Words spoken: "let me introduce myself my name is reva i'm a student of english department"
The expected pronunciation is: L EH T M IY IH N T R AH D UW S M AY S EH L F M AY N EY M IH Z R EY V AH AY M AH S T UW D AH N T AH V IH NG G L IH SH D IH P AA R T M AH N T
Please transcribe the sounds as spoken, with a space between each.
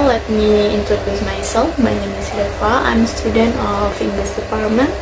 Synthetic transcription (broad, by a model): L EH T M IY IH N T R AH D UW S M AY S EH L F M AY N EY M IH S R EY F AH AY M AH S T UW D AH N T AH F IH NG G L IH S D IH P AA R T M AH N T